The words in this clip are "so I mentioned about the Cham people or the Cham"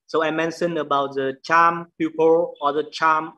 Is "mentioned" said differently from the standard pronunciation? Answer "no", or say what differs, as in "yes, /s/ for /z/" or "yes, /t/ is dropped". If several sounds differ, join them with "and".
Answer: yes, /d/ is dropped